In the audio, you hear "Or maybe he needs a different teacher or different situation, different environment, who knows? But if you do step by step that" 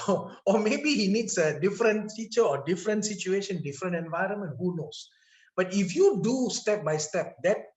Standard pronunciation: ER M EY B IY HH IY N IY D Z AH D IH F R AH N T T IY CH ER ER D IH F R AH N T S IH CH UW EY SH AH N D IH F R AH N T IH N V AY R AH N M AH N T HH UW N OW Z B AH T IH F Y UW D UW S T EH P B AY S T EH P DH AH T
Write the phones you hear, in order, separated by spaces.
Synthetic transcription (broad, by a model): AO M EY B IY HH IY N IY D S AH D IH F R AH N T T IY CH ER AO D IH F R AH N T S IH CH UW EY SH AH N D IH F R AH N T IH N V AY R AH N M AH N T HH UW N OW S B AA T IH F Y UW D UW S T EH P B AY S T EH P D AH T